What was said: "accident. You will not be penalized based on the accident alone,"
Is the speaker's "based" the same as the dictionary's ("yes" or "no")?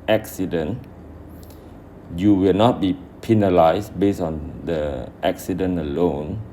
no